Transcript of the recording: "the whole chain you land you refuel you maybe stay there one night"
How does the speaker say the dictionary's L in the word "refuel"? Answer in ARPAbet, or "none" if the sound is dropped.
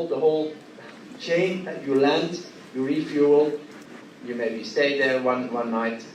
L